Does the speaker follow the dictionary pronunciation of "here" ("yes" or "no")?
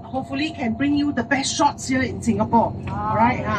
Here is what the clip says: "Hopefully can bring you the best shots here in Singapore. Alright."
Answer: no